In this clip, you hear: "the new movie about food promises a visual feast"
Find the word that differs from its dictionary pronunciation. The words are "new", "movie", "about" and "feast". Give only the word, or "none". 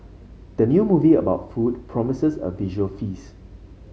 feast